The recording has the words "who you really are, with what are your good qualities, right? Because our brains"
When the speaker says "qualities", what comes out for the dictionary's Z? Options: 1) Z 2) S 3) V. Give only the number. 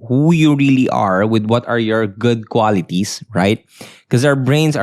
2